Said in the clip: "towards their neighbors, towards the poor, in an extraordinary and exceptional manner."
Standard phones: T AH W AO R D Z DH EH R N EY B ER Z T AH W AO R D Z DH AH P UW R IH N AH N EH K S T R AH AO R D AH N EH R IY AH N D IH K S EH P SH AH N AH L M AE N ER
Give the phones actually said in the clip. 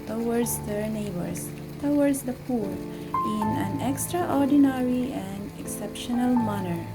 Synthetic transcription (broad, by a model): T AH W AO R D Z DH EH R N EY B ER S T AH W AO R D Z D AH P UW R IH N AH N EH K S T R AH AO R D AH N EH R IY AH N D IH K S EH P SH AH N AH L M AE N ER